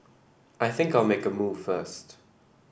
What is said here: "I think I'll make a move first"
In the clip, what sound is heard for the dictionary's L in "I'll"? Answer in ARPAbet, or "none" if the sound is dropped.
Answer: L